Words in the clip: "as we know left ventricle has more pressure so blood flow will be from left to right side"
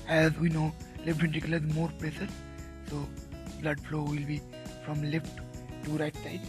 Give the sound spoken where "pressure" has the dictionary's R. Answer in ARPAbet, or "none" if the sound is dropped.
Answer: L